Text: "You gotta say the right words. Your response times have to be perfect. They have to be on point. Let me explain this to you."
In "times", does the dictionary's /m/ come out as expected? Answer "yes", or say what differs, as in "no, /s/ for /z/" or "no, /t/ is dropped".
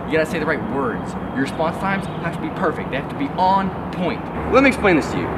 yes